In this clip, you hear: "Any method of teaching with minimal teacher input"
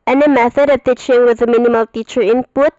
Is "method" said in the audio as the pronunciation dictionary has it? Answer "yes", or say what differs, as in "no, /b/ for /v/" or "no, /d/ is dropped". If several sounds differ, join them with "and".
yes